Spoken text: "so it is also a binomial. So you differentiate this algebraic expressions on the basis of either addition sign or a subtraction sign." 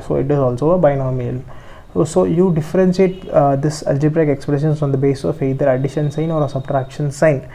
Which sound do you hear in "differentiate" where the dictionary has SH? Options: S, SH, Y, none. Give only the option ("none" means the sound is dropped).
S